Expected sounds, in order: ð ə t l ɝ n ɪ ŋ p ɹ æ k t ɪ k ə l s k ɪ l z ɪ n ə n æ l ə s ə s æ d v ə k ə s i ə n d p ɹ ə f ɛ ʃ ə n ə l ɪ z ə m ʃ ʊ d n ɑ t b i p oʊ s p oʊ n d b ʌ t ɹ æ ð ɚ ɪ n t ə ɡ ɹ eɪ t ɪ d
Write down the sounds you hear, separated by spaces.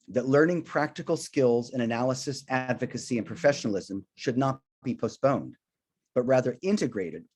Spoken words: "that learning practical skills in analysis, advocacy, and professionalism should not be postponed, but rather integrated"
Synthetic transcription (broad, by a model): ð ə t l ɝ n ɪ ŋ p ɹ æ k t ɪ k l s k ɪ l z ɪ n ə n æ l ə s ə s æ d v ə k ə s i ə n p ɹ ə f ɛ ʃ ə n l ɪ z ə m ʃ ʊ d n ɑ t b i p oʊ s p oʊ n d b ʌ t ɹ æ ð ɚ ɪ n t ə ɡ ɹ eɪ t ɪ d